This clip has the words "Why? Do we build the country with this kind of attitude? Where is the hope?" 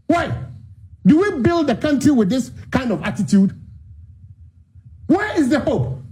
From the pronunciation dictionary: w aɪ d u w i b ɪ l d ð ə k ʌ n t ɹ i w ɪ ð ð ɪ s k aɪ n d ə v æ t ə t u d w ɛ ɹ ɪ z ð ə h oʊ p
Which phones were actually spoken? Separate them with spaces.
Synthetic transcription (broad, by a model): w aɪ d u w i b ɪ l d ð ə k ʌ n t ɹ i w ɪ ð ð ɪ s k aɪ n d ə v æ t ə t u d w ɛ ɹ ɪ z ð ə h oʊ p